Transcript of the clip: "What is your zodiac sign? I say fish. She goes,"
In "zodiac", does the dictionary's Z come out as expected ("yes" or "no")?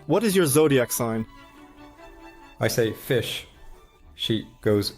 yes